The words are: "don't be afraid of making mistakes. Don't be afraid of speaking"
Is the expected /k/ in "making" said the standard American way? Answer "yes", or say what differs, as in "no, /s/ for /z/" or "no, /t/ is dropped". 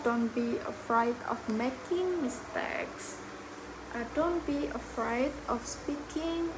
yes